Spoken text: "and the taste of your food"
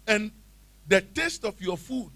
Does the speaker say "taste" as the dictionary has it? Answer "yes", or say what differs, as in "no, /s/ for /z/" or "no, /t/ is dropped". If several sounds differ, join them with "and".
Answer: yes